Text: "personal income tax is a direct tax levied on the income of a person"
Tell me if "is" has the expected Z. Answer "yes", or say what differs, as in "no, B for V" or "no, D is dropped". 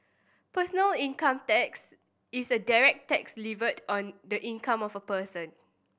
no, S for Z